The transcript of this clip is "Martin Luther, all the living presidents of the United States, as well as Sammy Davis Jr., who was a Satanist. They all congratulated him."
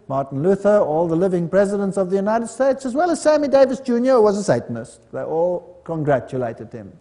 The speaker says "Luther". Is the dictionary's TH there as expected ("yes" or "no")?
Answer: yes